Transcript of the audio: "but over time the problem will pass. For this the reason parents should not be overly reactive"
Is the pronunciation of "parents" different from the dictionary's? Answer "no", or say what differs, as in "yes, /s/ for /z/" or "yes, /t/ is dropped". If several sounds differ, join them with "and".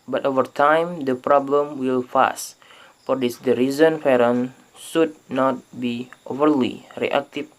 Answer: yes, /f/ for /p/